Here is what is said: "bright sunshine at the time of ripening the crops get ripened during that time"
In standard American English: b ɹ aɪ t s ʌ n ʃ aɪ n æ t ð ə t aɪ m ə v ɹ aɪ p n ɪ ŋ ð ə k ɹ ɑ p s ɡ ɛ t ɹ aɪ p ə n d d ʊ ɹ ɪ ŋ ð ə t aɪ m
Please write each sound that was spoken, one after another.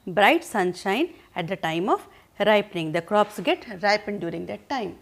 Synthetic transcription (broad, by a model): b ɹ aɪ t s ʌ n ʃ aɪ n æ t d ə t aɪ m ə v ɹ aɪ p n ɪ ŋ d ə k ɹ ɑ p s ɡ ɛ t ɹ aɪ p ə n d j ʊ ɹ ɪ ŋ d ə t aɪ m